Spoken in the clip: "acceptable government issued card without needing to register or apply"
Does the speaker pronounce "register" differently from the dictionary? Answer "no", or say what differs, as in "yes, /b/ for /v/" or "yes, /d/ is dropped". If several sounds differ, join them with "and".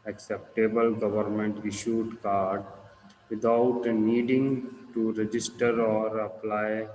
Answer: no